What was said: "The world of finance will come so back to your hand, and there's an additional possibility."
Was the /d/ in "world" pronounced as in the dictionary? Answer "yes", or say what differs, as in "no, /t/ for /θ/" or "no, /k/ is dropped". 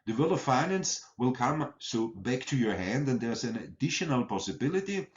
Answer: no, /d/ is dropped